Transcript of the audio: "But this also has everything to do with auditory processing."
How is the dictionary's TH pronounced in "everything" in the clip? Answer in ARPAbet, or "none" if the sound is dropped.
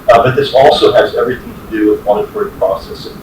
TH